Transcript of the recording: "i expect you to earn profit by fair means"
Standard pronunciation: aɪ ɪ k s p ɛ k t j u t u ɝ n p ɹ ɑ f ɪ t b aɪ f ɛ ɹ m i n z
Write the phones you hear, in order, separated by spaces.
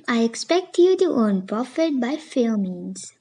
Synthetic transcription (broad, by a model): aɪ ɪ k s p ɛ k t j u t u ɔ n p ɹ ɑ f ɪ t b aɪ f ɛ l m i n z